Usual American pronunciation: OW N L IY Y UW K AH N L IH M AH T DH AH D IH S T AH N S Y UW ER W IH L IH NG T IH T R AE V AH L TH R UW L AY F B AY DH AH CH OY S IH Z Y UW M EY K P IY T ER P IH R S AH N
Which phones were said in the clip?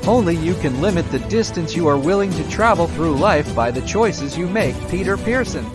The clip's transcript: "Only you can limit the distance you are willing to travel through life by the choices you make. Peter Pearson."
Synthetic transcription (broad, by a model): OW N L IY Y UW K AH N L IH M AH T DH AH D IH S T AH N S Y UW ER W IH L IH NG T IH T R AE V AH L TH R UW L AY F B AY DH AH CH OY S IH Z Y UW M EY K P IY T ER P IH R S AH N